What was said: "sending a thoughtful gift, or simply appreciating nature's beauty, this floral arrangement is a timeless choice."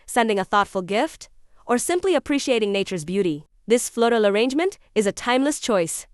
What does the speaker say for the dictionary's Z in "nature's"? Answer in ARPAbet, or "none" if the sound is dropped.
Z